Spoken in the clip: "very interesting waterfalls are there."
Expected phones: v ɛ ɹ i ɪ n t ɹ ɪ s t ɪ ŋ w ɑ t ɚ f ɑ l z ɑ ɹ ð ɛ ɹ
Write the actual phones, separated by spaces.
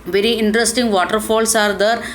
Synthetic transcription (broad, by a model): v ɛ ɹ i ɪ n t ɹ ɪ s t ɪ ŋ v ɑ t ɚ f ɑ l s ɑ ɹ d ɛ ɹ